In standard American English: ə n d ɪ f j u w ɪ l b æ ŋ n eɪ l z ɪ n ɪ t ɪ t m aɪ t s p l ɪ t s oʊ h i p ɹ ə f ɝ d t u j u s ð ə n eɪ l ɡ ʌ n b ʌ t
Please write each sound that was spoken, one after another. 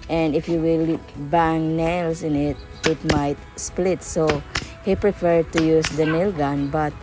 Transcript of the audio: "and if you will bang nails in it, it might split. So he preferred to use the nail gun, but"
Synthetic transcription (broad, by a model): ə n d ɪ f j u w ɪ l b æ ŋ n eɪ l s ɪ n ɪ t ɪ t m aɪ t s p l ɪ t s oʊ h i p ɹ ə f ɝ d t u j u s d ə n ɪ l ɡ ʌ n b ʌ t